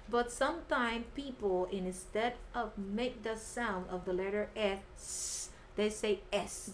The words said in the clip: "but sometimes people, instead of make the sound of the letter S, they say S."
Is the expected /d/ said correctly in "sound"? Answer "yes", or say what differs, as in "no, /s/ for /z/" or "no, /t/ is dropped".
yes